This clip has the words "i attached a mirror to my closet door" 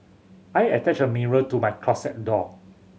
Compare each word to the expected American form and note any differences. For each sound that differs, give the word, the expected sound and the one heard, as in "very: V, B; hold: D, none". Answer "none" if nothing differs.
attached: T, none; closet: Z, S